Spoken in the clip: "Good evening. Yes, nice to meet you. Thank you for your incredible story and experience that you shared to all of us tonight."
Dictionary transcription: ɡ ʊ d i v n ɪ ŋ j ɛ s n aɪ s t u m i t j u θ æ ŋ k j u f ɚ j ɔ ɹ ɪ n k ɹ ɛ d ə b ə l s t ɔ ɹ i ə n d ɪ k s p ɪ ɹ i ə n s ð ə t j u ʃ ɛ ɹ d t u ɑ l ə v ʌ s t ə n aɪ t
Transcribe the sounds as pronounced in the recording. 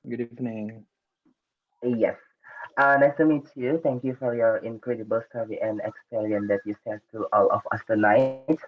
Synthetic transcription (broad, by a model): ɡ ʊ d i f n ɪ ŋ j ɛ s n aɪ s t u m i t j u t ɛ ŋ k j u f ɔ j ɔ ɹ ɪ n k ɹ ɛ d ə b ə l s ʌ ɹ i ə n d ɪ k s p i ɹ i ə n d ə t j u s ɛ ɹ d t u ɑ l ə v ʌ s t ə n aɪ t